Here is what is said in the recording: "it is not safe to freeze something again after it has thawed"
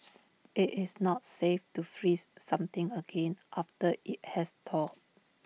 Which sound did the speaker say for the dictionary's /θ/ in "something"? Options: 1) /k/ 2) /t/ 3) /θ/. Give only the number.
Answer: 2